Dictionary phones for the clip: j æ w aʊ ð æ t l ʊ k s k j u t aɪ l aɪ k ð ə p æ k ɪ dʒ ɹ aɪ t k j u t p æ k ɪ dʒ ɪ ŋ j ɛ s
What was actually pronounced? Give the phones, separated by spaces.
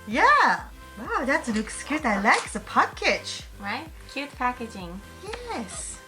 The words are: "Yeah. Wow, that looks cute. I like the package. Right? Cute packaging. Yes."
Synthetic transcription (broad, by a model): j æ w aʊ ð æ t n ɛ k s k j u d aɪ l aɪ k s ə p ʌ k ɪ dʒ ɹ aɪ t k j u t p æ k ɪ dʒ ɪ ŋ j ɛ s